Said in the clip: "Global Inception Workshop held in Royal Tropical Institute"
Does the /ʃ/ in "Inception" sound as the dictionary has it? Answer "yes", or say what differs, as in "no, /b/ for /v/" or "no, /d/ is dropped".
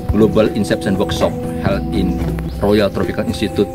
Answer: no, /s/ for /ʃ/